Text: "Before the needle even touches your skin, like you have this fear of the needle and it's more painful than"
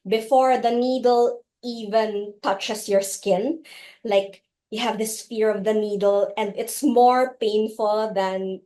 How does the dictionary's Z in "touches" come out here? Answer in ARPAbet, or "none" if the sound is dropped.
S